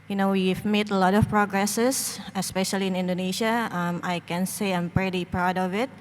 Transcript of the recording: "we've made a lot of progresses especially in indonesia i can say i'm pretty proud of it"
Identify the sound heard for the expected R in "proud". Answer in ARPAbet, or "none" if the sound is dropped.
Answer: R